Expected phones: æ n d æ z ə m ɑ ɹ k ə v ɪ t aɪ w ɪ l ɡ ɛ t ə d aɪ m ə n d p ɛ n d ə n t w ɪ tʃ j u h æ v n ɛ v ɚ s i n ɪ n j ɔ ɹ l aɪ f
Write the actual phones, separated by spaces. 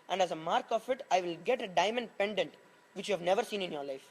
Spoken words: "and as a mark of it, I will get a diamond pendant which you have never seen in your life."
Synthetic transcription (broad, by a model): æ n d æ z ə m ɑ ɹ k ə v ɪ t aɪ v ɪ l ɡ ɛ t ə d aɪ m ə n d p ɛ n d ə n t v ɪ tʃ j u h æ v n ɛ v ɚ s i n ɪ n j ɔ ɹ l aɪ f